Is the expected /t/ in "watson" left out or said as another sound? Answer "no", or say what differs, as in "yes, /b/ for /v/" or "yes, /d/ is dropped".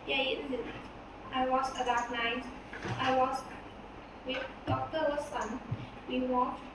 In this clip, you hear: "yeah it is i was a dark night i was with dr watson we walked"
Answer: yes, /s/ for /t/